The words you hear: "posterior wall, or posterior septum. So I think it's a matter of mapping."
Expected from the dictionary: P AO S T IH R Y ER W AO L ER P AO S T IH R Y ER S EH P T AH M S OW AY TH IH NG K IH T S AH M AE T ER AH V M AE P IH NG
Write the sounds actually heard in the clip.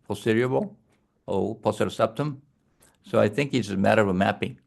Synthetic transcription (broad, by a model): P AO S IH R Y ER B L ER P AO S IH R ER S EH P T AH M S OW AY TH IH NG K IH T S AH M AE T ER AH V M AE P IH NG